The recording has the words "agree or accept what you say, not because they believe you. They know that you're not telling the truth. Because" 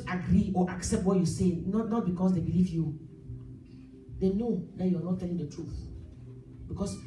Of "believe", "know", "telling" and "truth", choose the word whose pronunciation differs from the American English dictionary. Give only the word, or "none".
none